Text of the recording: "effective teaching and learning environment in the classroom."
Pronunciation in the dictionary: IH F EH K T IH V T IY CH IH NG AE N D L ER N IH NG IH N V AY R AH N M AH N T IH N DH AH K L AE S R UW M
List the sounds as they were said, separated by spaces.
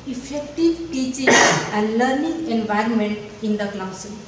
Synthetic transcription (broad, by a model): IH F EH K T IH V T IY CH IH NG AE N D L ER N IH NG IH N V AY R AH N M AH N T IH N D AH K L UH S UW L